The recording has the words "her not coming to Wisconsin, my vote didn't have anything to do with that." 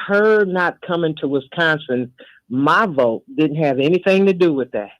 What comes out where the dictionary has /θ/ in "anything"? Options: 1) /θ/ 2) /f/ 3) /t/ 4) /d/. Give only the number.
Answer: 1